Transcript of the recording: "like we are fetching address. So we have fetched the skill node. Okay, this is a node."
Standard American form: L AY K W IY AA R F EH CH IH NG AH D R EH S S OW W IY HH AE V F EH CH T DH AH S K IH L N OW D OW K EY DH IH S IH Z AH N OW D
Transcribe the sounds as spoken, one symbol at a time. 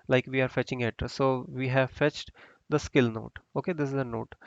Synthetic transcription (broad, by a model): L AY K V IY AA R F EH CH IH NG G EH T S OW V IY HH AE V F EH CH T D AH S K IH L N OW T OW K EY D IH S IH Z AH N OW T